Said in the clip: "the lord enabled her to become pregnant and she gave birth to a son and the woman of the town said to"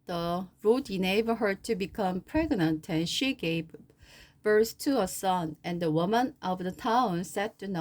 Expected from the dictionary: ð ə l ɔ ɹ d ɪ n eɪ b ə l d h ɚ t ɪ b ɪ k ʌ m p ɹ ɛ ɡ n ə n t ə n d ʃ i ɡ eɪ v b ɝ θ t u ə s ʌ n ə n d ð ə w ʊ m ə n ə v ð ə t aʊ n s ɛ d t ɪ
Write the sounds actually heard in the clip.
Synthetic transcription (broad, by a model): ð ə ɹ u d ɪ n eɪ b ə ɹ h ɚ t ɪ b ɪ k ʌ m p ɹ ɛ ɡ n ə n t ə n ʃ i ɡ eɪ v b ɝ s t u ə s ʌ n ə n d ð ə w ʊ m ə n ə v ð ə t aʊ n s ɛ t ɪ